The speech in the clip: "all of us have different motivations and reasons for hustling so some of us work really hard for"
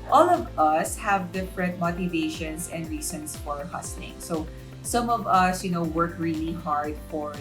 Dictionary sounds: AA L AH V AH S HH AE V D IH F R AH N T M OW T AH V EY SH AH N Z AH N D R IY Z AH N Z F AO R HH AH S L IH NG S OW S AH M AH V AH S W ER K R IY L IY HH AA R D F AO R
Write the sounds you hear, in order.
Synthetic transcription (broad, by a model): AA L AH V AH S HH AE V D IH F R AH N T M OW T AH V EY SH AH N S AH N D R IY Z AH N S F AO R HH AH S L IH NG S OW S AH M AH V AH S W ER K R IY L IY HH AA R D F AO R